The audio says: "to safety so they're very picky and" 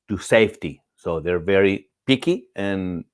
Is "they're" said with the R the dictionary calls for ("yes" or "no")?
yes